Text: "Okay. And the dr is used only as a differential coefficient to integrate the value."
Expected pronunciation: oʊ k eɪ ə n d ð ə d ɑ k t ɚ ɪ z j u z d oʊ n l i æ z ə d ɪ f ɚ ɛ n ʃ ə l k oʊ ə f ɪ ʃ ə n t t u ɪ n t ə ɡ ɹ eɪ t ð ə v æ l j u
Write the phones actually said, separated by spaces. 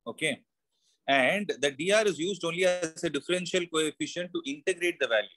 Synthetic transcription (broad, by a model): oʊ k eɪ ə n d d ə d ɑ t ɪ z j u z d oʊ n l i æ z ə d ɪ f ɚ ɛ n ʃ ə l k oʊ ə f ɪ ʃ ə n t t u ɪ n t ə ɡ ɹ eɪ t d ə v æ l j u